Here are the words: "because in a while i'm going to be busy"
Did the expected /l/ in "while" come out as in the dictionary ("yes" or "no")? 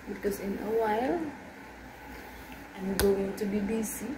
yes